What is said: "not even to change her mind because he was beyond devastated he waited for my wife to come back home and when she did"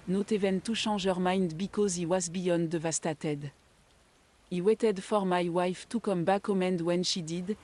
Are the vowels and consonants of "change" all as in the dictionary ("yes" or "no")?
no